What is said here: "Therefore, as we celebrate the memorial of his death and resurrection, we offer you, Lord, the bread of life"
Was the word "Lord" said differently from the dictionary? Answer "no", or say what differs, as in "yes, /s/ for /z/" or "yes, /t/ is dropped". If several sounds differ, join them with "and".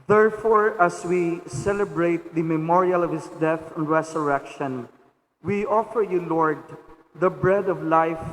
no